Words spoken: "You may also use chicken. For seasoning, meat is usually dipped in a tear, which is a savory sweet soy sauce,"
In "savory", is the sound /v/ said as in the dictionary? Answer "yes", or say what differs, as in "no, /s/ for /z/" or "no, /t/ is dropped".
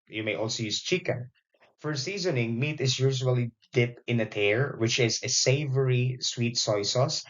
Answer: yes